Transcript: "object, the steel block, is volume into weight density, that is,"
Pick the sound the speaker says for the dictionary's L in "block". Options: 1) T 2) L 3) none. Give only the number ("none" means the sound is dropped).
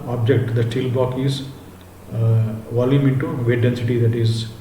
3